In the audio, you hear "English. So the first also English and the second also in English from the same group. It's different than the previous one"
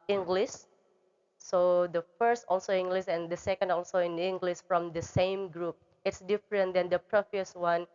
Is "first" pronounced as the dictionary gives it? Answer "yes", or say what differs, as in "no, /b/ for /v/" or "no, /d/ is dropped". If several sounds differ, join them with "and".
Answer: yes